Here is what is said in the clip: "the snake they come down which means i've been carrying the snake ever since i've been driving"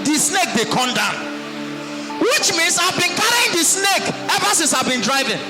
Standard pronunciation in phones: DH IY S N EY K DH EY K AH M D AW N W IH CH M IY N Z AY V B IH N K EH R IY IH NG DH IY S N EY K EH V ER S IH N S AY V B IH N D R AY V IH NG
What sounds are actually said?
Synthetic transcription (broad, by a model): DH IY S N EY K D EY K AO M D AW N W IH CH M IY N S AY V B IH N K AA R IY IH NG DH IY S N EY K EH V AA S IH N S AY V B IH N D R AY V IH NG